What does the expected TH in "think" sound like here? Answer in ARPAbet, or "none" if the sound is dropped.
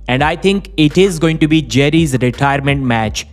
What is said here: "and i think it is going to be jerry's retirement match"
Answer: T